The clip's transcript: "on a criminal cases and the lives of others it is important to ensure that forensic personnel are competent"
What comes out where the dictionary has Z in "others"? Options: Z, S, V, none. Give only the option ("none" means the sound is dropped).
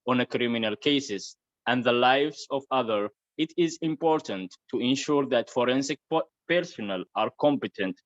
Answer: none